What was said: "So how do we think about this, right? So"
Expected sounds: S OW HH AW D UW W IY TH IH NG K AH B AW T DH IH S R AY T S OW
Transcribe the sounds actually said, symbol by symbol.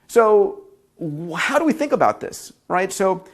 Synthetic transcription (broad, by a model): S OW HH AW D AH W IY TH IH NG K AH B AW T DH IH S R AY T S OW